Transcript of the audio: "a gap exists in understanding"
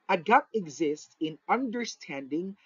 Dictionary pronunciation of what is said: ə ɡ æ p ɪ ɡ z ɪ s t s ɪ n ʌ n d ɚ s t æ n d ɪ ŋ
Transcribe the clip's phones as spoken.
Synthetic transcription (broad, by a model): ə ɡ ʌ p ɪ ɡ z ɪ s t s ɪ n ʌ n d ɚ s t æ n d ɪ ŋ